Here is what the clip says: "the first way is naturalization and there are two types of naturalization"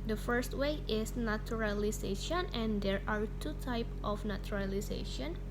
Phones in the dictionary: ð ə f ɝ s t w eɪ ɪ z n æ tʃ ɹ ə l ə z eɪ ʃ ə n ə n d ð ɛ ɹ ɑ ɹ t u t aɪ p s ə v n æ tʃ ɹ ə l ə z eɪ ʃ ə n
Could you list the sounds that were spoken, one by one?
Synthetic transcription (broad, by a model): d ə f ɝ s t w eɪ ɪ s n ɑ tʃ ɹ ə l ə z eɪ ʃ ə n ə n d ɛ ɹ ɑ ɹ t u t aɪ p ə f n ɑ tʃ ɹ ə l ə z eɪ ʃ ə n